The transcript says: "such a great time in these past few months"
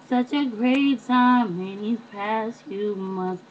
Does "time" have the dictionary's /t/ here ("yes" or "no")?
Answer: no